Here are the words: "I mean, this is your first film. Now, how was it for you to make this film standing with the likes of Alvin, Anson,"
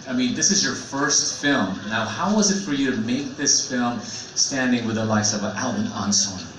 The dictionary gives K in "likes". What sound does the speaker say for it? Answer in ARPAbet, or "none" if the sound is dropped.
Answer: none